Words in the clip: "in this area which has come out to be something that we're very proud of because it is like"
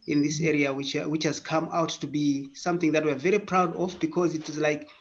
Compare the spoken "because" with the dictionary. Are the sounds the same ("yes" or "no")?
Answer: yes